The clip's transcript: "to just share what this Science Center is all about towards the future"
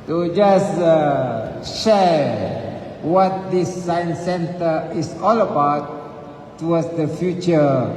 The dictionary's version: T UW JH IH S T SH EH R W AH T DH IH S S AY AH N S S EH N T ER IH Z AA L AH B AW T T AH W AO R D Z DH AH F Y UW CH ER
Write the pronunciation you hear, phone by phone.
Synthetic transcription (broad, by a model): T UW JH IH S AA SH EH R W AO T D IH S S AY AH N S S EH N T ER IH S AA L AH B AW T T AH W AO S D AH F Y UW CH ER